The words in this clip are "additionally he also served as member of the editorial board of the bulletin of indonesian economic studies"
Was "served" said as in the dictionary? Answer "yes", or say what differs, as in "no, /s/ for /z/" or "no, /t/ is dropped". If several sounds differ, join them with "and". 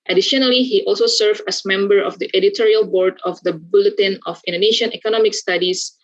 no, /d/ is dropped